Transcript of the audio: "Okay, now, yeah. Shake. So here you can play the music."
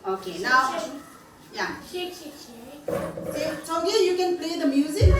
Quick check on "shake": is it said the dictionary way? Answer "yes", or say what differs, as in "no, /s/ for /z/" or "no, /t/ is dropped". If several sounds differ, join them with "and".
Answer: no, /s/ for /ʃ/